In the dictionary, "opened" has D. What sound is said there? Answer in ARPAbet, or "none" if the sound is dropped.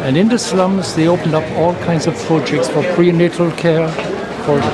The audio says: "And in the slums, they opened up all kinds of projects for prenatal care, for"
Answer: D